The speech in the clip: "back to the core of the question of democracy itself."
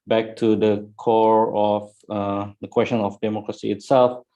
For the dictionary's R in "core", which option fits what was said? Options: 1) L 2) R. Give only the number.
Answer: 2